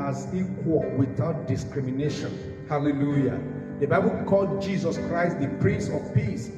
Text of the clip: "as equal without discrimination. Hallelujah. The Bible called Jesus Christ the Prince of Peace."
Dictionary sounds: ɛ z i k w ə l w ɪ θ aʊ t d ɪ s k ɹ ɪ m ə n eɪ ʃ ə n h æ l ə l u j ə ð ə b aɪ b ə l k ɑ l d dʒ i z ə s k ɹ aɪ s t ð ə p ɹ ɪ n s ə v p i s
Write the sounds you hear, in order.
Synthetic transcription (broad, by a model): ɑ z i k w ə l w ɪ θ aʊ t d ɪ s k ɹ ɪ m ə n eɪ ʃ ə n h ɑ l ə l u j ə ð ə b aɪ b ə l k ɑ l d dʒ i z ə s k ɹ aɪ s t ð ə p ɹ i s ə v p i s